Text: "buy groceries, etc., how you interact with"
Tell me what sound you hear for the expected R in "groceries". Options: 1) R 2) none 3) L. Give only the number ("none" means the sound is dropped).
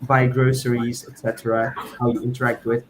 1